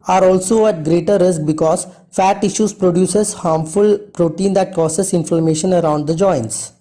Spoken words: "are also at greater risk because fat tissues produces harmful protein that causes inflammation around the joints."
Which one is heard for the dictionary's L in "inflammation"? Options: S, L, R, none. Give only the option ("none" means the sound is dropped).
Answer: none